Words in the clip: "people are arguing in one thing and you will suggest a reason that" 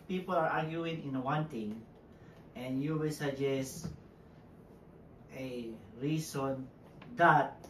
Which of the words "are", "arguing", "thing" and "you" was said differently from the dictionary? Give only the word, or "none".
thing